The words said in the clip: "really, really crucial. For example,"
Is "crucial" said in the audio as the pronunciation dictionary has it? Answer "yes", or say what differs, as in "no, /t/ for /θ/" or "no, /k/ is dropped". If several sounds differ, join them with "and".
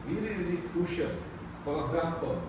no, /ɹ/ is dropped